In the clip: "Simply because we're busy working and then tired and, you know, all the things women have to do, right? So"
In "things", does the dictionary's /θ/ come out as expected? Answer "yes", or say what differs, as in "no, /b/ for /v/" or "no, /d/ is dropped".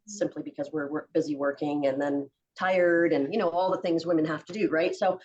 yes